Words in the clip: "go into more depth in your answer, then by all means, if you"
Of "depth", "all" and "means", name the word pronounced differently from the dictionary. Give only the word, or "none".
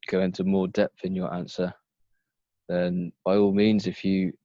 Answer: none